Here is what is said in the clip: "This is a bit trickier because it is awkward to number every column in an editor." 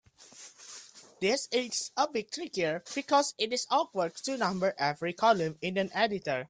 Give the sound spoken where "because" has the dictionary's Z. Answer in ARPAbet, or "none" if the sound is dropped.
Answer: S